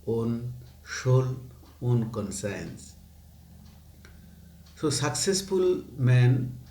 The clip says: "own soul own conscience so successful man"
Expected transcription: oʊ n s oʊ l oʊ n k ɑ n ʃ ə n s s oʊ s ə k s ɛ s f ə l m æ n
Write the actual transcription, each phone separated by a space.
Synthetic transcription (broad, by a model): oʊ n ʃ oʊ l oʊ n k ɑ n s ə n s s oʊ s ə k s ɛ s f ə l m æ n